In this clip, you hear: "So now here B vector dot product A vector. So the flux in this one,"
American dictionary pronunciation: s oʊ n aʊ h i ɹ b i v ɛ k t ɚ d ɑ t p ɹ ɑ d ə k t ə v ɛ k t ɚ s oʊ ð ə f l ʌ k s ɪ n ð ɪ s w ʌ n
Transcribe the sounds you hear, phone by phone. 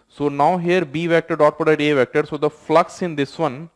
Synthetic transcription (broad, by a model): s oʊ n aʊ h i ɹ b i v ɛ k t ɚ d ɑ t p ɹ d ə t ə v ɛ k t ɚ s oʊ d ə f l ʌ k s ɪ n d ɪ s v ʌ n